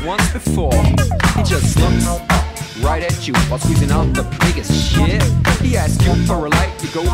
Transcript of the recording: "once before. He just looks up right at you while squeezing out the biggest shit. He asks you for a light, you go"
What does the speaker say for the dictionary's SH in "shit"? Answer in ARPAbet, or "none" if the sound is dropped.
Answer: SH